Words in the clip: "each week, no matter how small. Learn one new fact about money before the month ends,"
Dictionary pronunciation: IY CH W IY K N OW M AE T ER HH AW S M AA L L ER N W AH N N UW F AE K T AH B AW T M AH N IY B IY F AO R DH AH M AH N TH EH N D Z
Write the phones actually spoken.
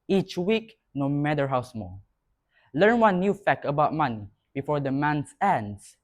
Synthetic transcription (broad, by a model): IY CH W IY K N OW M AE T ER HH AW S M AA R L ER N W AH N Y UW F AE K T AH B AW T M AH N IY B IY F AO R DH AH M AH N S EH N D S